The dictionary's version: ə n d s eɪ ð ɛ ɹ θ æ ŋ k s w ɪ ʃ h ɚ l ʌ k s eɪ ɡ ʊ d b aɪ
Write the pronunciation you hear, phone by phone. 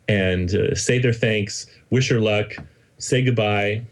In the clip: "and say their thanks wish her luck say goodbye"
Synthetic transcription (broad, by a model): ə n s eɪ ð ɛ ɹ θ æ ŋ k s w ɪ ʃ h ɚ l ʌ k s eɪ ɡ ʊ d b aɪ